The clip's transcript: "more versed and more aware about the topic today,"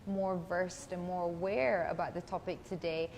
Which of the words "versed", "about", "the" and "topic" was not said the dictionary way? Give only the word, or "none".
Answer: none